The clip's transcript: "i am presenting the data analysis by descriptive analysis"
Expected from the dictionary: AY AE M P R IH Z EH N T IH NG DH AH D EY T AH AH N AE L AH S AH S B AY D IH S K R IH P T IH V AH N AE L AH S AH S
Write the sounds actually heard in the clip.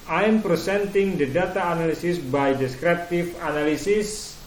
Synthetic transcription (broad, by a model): AY M P R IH S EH N T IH NG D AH D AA T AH N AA L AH S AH S B AY D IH S K R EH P T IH F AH N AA L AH S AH S